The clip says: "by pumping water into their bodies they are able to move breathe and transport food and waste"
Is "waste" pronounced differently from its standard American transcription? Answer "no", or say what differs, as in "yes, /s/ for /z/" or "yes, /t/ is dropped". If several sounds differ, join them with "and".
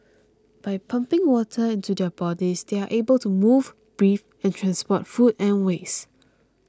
yes, /t/ is dropped